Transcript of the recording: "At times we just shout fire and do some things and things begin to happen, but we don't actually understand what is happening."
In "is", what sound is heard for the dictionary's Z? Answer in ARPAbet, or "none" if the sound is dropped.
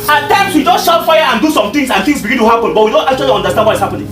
S